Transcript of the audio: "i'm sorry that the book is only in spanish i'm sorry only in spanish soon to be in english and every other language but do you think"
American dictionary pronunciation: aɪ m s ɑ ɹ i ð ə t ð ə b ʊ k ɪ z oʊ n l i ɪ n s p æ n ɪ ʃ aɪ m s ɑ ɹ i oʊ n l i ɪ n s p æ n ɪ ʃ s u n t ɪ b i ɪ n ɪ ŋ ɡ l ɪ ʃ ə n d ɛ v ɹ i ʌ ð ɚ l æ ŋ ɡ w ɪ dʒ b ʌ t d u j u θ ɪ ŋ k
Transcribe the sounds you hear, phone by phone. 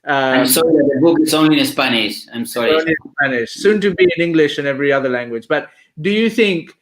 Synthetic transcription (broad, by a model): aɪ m s ɑ ɹ i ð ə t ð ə b ʊ k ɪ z oʊ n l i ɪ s p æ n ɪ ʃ aɪ m s ɑ ɹ i oʊ n l i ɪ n s p æ n ɪ ʃ s u n t ɪ b i ɪ n ɪ ŋ ɡ l ɪ ʃ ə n ɛ v ɹ i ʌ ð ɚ l æ ŋ ɡ w ɪ dʒ b ʌ t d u j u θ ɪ ŋ k